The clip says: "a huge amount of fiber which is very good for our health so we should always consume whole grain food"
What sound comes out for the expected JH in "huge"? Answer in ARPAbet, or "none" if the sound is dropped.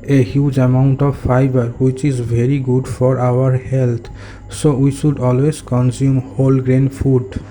JH